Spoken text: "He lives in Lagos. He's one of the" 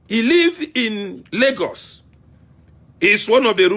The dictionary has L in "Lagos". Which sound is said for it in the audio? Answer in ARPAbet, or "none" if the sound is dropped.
L